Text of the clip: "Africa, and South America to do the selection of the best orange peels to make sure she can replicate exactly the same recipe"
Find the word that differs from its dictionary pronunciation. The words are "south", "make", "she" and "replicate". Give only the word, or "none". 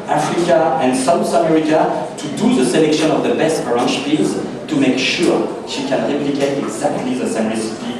south